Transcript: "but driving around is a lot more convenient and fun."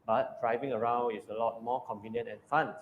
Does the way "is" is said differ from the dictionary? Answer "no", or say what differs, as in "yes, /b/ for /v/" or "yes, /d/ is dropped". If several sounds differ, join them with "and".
yes, /s/ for /z/